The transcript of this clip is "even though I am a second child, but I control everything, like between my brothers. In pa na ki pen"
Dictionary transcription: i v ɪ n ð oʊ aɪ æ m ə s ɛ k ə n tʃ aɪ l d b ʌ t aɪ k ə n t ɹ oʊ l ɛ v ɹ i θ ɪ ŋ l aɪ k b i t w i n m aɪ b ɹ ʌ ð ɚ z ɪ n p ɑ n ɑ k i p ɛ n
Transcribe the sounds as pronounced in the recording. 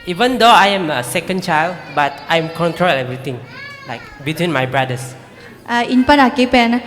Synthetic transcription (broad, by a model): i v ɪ n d oʊ aɪ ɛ m ə s ɛ k ə n tʃ aɪ l d b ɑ t aɪ k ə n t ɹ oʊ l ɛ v ɹ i t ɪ ŋ l aɪ k b i t w i n m aɪ b ɹ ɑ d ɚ s ɪ n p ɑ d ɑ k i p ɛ n